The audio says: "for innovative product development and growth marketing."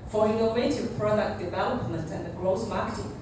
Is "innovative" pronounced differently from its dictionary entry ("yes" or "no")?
yes